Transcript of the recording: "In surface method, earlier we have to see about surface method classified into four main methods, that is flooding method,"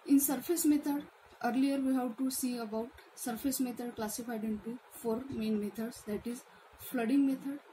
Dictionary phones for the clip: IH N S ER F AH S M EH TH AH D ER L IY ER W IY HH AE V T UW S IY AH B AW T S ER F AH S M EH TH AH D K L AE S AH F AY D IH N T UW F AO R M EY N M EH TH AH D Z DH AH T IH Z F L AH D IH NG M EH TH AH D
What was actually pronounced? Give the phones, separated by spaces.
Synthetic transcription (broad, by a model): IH N S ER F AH S M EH T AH D ER L IY ER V IY HH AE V T UW S IY AH B AW T S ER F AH S M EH T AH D K L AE S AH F AY D IH N T UW F AO R M EY N M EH T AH D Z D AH T IH Z F L AH D IH NG M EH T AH D